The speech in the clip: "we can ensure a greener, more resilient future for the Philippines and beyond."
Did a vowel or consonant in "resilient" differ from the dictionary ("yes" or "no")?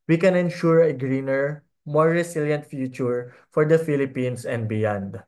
yes